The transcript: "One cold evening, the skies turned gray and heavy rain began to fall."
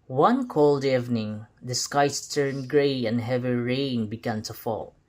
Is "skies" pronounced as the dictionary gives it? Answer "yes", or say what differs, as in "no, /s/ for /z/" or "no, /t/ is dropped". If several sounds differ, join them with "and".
no, /s/ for /z/